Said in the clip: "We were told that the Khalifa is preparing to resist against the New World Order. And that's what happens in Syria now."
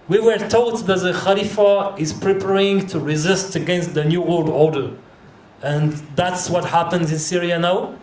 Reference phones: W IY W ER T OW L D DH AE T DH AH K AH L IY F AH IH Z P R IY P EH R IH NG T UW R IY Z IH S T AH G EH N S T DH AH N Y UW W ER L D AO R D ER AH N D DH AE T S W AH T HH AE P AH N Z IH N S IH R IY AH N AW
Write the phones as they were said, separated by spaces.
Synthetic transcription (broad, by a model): W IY W ER T OW L D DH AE T DH AH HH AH L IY F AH IH Z P R IY P EH R IH NG T UW R IY Z IH S T AH G EH N S T DH AH N Y UW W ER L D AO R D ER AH N DH AE T S W AH T HH AE P AH N Z IH N S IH R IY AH N AW